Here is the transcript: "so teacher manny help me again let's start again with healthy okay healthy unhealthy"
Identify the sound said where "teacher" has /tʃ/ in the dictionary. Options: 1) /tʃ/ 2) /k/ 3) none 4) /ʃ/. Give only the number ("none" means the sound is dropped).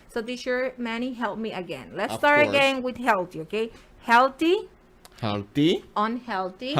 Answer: 4